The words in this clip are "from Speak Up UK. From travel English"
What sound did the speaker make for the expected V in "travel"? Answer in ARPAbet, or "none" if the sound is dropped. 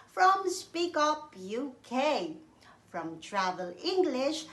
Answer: V